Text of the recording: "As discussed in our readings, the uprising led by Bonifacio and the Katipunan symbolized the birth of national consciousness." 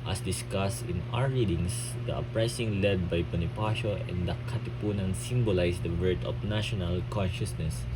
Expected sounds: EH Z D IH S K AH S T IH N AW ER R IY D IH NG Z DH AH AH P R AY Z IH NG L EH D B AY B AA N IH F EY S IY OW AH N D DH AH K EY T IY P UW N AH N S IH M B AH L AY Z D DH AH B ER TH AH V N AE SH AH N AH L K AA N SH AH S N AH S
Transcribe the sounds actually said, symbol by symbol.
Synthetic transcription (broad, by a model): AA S D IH S K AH S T IH N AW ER R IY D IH NG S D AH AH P R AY S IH NG L EH D B AY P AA N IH P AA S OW AH N D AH K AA T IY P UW N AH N S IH M B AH L AY S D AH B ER T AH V N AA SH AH N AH L K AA N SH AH S N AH S